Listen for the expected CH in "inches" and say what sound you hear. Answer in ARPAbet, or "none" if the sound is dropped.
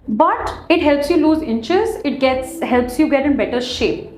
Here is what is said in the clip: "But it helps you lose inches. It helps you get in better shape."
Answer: CH